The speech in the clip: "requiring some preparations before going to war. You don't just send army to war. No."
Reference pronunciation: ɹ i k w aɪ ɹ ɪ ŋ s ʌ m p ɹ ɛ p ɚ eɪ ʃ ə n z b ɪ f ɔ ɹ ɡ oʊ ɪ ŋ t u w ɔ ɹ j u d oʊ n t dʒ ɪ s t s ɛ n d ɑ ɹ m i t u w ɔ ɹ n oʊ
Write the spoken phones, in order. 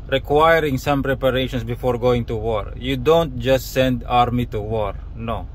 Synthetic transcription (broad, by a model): ɹ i k w aɪ ɹ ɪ ŋ s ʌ m p ɹ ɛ p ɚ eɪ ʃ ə n s b ɪ f ɔ ɹ ɡ oʊ ɪ ŋ t u w ɔ ɹ j u d oʊ n t dʒ ɪ s t s ɛ n d ɑ ɹ m i t u w ɔ ɹ n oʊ